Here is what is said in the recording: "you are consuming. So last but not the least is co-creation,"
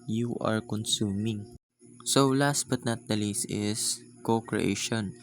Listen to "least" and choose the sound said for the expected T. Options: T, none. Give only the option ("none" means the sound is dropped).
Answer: none